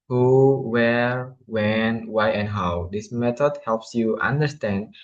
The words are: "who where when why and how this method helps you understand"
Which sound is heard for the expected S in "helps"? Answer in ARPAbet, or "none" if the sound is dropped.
S